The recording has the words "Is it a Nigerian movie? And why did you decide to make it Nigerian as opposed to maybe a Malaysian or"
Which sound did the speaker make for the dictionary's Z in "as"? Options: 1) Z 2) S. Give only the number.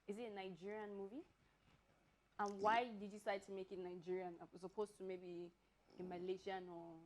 2